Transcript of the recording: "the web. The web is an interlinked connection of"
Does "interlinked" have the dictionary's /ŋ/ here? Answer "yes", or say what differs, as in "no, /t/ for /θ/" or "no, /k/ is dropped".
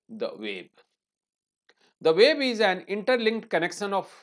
yes